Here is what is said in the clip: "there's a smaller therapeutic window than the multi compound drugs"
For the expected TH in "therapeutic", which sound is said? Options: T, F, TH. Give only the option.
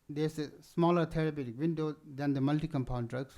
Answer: T